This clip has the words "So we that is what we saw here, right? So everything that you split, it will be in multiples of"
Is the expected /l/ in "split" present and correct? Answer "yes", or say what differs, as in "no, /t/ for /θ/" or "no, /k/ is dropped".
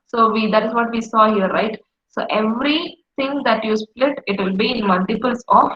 yes